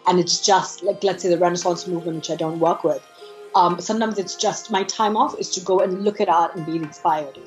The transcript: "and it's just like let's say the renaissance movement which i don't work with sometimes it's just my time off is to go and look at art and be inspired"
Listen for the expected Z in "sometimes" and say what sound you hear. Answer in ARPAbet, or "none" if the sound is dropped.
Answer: Z